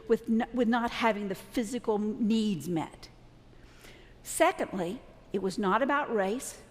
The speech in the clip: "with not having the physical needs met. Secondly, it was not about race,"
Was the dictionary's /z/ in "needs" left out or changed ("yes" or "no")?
no